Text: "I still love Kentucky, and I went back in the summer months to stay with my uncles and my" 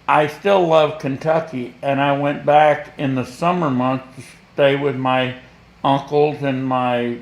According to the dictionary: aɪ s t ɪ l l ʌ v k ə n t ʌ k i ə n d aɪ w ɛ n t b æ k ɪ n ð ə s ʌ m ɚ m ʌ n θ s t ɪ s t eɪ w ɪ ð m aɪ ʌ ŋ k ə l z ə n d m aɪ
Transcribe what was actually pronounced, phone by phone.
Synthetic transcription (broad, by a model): aɪ s t ɪ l l ʌ v k ə n t ʌ k i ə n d aɪ w ɛ n b æ k ɪ n ð ə s ʌ m ɚ m ʌ n θ t ɪ s t eɪ w ɪ ð m aɪ ʌ ŋ k l z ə n m aɪ